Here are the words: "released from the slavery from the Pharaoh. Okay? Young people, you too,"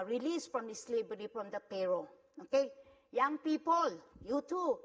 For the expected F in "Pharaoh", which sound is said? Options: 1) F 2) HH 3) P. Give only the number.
3